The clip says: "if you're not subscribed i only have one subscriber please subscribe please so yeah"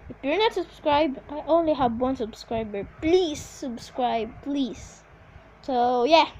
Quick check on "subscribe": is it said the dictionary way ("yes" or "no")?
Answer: yes